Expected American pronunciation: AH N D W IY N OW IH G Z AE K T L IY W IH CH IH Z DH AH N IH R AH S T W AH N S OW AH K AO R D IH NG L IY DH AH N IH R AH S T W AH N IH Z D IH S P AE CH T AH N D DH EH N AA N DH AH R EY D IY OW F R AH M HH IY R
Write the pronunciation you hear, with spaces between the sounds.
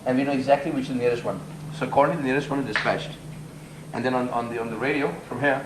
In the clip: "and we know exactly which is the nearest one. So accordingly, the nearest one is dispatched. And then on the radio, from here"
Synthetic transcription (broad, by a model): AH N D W IY N OW IH G Z AE K T L IY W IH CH IH Z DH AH N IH R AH S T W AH N S OW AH K AO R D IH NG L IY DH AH N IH R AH S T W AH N IH Z D IH S P AE CH T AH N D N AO N AA N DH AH R EY D IY OW F R AH M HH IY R